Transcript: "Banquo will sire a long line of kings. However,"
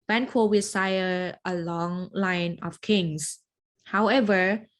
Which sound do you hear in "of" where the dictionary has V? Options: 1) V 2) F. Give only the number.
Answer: 2